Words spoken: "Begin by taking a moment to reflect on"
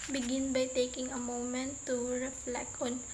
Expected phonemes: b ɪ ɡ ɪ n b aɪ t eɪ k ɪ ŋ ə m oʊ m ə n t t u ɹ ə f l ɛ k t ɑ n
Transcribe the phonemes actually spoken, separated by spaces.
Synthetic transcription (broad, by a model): b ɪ ɡ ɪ n b aɪ t eɪ k ɪ ŋ ə m oʊ m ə n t t u ɹ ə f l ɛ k ɑ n